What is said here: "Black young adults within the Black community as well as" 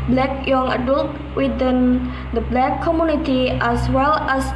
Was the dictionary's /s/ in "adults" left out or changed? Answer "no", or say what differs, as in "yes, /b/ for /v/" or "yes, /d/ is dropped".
yes, /s/ is dropped